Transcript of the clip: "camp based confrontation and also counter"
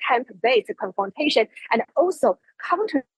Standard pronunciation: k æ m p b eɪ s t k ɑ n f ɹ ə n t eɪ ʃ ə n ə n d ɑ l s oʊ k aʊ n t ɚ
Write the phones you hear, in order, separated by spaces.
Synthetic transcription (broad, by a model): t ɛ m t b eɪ t k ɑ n f ɹ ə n t eɪ ʃ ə n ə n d ɑ l s oʊ k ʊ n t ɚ